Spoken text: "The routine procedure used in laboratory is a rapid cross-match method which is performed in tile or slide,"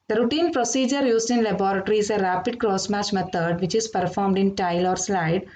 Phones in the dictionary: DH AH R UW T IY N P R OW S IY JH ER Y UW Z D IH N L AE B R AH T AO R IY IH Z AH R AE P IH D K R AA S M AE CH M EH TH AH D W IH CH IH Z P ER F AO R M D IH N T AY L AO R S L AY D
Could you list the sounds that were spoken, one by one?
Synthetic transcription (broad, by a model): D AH R UW T IY N P R OW S IY JH ER Y UW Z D IH N L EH B R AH T R IY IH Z AH R AE P IH D K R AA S M AE CH M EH T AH D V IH CH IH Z P ER F AO R M D IH N T AY L AO R S L AY D